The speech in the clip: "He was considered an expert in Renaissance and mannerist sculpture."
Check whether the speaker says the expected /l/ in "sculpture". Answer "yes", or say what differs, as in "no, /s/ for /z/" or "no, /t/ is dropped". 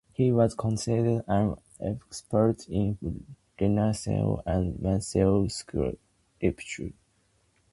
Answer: no, /l/ is dropped